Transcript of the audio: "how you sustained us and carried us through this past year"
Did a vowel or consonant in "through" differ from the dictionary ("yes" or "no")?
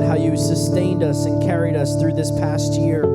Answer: no